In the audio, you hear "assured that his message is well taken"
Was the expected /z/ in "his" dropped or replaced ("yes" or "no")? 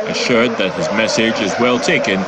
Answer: no